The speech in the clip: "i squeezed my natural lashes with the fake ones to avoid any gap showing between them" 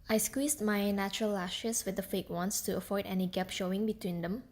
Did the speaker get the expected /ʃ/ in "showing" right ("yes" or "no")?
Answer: yes